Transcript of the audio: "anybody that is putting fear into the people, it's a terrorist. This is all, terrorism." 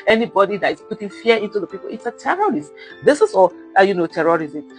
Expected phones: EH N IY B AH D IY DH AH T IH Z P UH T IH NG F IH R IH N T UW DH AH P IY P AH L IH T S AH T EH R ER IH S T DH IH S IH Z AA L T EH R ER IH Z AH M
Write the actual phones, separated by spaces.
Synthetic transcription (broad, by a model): EH N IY B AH D IY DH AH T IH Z P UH T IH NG F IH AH IH N T UW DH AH P IY P AH L IH T S AH T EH R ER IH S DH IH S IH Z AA N T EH R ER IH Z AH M